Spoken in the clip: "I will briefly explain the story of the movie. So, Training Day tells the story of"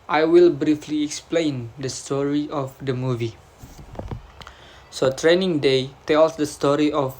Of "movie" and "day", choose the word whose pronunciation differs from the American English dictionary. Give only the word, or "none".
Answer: none